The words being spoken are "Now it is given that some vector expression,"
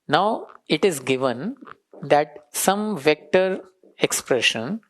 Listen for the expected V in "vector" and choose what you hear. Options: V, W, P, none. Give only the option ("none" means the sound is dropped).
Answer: V